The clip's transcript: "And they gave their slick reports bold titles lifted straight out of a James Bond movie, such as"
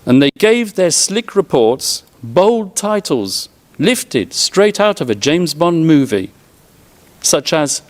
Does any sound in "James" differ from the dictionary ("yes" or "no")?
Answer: no